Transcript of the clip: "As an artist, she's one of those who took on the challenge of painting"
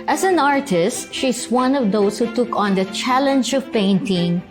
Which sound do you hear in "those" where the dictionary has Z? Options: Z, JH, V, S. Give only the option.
S